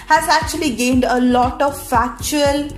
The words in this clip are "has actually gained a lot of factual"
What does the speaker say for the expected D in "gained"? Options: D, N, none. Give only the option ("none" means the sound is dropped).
D